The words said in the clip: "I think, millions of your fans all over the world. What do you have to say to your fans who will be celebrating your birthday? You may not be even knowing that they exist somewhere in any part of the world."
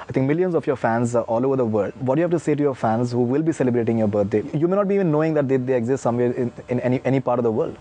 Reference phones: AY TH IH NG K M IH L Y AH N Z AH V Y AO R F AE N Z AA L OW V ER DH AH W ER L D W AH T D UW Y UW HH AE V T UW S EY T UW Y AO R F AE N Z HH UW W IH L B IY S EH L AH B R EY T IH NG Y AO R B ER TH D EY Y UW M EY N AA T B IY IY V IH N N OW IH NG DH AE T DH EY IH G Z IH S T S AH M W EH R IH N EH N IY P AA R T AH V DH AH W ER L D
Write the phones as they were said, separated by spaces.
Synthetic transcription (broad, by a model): AY T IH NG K M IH L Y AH N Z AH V Y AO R F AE N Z AA L OW V ER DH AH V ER L D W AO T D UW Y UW HH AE F T UW S EY T UW Y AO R F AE N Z HH UW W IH L B IY S EH L AH B R EY T IH NG Y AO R B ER T D EY Y UW M EY N AA T B IY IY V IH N N OW IH NG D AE T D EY IH G Z IH S T S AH M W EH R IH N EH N IY P AA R T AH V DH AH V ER L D